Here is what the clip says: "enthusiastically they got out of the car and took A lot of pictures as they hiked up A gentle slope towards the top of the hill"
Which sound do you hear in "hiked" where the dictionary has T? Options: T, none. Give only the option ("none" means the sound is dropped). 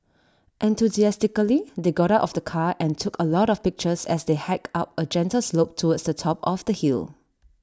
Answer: none